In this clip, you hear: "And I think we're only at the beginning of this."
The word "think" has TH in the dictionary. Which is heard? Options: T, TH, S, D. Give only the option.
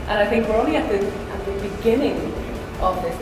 TH